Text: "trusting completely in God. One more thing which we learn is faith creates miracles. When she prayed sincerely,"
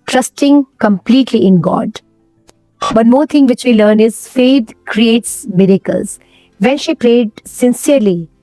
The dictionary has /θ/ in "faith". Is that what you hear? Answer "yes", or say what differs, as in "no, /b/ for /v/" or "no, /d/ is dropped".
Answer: no, /t/ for /θ/